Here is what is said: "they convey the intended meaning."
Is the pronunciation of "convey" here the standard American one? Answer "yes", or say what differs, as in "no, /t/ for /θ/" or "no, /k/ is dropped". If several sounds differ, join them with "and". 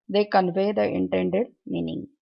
yes